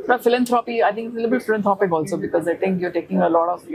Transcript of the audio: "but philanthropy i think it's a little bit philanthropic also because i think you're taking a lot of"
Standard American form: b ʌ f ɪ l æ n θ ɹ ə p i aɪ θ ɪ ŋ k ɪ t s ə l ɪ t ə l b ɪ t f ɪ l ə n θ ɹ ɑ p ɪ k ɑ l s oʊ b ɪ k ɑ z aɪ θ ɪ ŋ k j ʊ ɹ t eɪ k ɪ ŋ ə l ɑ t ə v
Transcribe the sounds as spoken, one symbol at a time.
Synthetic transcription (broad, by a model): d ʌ f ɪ l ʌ n t ɹ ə p i aɪ t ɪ ŋ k ɪ t s ə l ɪ t ə l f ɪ l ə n t ɹ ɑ p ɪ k ɑ l s oʊ b ɪ k ɑ z aɪ t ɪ ŋ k j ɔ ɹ t eɪ k ɪ ŋ ə l ɑ t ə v